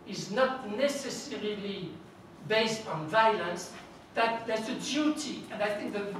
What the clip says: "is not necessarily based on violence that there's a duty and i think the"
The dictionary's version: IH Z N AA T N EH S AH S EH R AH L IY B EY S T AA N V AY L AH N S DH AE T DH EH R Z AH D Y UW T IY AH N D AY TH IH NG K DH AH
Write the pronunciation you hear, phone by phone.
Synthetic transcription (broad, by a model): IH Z N AA T N EH S AH S EH R AH L IY B EY S T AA N V AY L AH N S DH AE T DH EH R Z AH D Y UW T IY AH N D AY TH IH NG K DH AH